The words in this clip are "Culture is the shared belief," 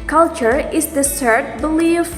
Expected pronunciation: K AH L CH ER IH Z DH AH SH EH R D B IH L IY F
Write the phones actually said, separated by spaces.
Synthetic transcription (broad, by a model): K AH L CH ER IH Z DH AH S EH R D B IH L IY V